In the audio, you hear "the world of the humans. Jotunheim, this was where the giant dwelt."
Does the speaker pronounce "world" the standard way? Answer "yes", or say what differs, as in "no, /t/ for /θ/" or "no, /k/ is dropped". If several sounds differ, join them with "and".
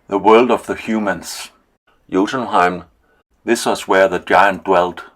yes